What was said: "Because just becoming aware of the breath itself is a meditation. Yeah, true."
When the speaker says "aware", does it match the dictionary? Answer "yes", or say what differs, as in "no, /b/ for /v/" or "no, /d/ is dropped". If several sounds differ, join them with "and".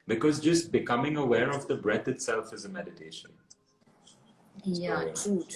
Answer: yes